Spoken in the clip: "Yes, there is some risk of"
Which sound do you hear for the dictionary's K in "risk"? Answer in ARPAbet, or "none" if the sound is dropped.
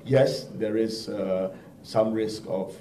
K